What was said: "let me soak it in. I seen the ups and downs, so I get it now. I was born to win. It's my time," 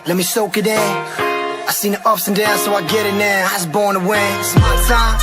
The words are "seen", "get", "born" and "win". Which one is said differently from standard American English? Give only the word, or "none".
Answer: win